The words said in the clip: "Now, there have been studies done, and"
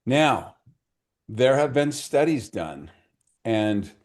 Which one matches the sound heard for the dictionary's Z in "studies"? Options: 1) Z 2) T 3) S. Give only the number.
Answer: 1